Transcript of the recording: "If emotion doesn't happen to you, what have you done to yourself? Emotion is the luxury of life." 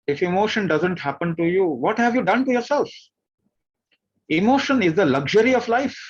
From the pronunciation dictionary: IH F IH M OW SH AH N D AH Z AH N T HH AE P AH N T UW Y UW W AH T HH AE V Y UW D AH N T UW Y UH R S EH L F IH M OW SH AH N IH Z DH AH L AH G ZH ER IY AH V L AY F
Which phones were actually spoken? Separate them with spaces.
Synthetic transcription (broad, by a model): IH F IH M OW SH AH N D AH Z AH N T HH AE P AH N T UW Y UW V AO T HH AE V Y UW D AH N T UW Y UH R S EH L F IH M OW SH AH N IH Z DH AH L AH G ZH ER IY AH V L AY F